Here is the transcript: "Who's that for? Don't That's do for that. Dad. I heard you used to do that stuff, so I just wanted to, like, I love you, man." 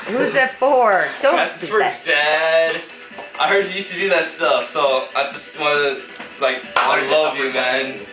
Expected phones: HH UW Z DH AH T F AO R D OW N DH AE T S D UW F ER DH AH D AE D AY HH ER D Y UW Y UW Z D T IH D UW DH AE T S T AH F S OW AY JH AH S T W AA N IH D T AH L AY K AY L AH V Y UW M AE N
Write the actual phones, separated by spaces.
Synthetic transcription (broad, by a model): HH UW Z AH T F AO R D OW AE S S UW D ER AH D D AY HH ER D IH Y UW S T IH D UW DH AE T S T AH F S OW AY JH AH S T W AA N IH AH L AY K AY L AH V Y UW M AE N